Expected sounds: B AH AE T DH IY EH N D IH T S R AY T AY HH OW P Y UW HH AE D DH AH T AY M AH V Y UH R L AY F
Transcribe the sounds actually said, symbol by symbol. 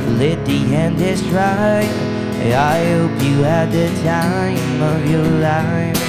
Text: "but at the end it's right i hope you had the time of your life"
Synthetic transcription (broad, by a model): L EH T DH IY EH N D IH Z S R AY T AY HH OW P Y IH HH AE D DH AH T AY M AH V Y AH R L AY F